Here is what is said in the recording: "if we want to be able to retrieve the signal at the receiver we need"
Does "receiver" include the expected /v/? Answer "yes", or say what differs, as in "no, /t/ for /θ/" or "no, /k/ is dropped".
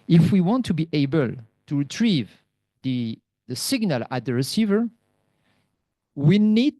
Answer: yes